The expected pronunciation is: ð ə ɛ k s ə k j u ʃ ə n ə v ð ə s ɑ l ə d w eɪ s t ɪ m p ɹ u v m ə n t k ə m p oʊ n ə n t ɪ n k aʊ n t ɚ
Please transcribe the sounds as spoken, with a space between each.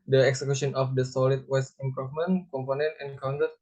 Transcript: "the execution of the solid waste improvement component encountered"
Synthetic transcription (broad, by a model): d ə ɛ k s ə k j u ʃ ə n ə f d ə s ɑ l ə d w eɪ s ɪ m p ɹ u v m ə n k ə m p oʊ n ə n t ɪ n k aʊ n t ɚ